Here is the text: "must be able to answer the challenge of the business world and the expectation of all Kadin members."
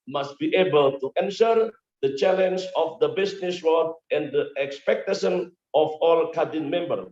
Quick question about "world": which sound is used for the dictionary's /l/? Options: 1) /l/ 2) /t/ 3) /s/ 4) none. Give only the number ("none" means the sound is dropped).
4